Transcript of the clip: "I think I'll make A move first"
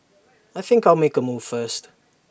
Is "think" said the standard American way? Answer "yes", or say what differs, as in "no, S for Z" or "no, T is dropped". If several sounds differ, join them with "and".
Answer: yes